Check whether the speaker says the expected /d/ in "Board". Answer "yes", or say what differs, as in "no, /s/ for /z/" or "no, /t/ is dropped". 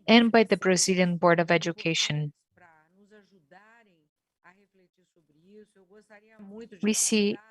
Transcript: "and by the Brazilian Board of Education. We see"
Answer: yes